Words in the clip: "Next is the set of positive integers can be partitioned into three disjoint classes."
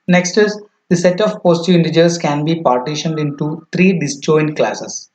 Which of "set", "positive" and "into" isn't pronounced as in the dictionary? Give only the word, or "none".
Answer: positive